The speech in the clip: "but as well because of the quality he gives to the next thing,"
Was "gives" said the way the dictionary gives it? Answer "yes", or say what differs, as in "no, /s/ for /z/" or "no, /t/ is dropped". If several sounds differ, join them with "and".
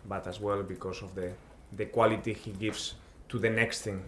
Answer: no, /s/ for /z/